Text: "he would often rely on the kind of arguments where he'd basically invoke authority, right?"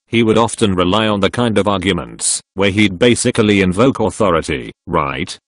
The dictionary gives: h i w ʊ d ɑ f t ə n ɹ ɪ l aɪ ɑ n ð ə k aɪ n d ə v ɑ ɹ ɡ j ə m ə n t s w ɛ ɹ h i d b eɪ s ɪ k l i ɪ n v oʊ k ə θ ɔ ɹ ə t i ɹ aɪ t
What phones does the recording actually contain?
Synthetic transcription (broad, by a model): h i w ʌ d ɑ f t ə n ɹ ɪ l aɪ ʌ n ð ə k aɪ n d ə v ɑ ɹ ɡ j ə m ə n t s w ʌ ɹ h i d b eɪ s ɪ k l i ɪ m v oʊ k ə θ ɔ ɹ ə t i ɹ aɪ t